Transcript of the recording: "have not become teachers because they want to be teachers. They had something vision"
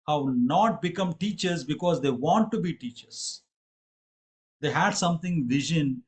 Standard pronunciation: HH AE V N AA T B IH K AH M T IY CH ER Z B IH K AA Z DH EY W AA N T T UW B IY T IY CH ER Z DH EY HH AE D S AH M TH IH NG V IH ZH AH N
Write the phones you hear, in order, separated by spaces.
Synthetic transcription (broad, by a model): HH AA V N AA T B IH K AH M T IY CH ER Z B IH K AA Z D EY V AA N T T UW B IY T IY CH ER Z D EY HH AE D S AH M T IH NG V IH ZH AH N